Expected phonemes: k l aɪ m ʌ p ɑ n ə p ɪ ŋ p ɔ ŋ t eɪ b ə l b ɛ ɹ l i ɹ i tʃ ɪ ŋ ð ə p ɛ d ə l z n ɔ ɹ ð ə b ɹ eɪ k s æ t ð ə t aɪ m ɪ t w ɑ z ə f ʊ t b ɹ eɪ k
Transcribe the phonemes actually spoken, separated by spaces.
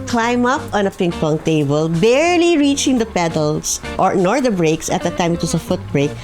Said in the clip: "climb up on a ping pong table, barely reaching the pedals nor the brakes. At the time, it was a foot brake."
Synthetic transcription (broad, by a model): k l aɪ m ʌ p ɑ n ə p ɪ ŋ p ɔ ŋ t eɪ b ə l b ɛ ɹ l i ɹ i tʃ ɪ ŋ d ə p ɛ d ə l s n ɔ ɹ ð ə b ɹ eɪ k s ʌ t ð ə t aɪ m ɪ t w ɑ s ə f ʊ t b ɹ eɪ k